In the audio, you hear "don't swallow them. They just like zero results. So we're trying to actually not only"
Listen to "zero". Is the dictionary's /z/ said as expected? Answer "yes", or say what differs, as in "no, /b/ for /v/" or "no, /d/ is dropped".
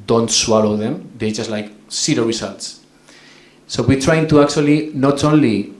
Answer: no, /s/ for /z/